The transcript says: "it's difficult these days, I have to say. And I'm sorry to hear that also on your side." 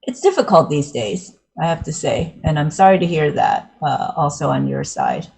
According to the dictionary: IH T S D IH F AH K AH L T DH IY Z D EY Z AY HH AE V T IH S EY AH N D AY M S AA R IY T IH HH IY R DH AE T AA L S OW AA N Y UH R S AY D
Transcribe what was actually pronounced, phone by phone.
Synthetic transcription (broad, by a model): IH T S D IH F AH K AH L T DH IY Z D EY Z AY HH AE F T IH S EY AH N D AY M S AA R IY T IH HH IY R DH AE T AA L S OW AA N Y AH R S AY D